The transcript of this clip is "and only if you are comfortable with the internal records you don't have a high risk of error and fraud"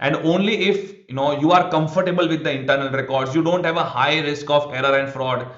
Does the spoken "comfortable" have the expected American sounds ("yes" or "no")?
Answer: yes